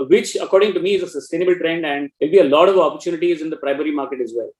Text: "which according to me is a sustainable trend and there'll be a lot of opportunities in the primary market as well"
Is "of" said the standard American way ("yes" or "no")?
yes